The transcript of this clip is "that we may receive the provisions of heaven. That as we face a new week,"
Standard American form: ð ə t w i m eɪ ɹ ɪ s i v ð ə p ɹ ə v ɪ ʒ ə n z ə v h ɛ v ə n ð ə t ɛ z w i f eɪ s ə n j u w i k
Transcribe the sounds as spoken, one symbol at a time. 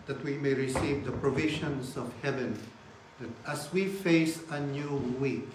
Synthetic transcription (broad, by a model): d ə t w i m eɪ ɹ ɪ s i v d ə p ɹ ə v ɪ ʃ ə n s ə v h ɛ v ə n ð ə t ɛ s w i f eɪ s ə n j u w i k